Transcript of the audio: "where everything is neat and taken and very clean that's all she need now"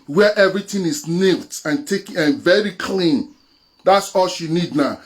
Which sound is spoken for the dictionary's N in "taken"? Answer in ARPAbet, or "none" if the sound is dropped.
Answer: none